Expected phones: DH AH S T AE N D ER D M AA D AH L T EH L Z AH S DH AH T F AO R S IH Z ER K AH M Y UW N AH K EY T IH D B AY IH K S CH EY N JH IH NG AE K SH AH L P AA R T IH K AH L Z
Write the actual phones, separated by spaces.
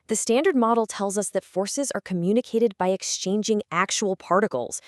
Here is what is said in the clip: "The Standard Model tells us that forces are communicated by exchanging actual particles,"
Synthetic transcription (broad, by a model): DH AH S T AE N D ER D M AA D L T EH L Z AH S DH AH T F AO R S IH Z ER K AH M Y UW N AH K EY T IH D B AY IH K S CH EY N JH IH NG AE K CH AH L P AA R T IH K L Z